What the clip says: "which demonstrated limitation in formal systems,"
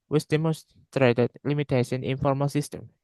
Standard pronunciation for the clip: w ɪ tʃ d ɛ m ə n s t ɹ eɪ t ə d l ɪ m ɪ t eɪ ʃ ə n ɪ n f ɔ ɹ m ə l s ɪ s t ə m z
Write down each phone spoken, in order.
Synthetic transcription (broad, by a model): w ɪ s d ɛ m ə s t ɹ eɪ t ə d l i m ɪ t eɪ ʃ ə n ɪ n f ɔ ɹ m ə l s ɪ s t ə m